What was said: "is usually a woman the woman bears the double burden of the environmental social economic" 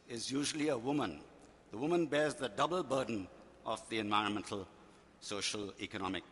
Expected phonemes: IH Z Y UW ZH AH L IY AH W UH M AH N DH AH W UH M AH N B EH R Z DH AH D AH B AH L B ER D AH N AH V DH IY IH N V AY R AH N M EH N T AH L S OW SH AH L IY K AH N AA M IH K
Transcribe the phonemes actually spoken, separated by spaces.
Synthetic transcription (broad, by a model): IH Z Y UW ZH AH L IY AH W UH M AH N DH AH W UH M AH N B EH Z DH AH D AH B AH L B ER D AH N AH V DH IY IH N V AY R AH N M EH N T AH L S OW SH AH L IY K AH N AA M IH K